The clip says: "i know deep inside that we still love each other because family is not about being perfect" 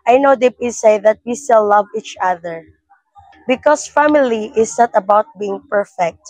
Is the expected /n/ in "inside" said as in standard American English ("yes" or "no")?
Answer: no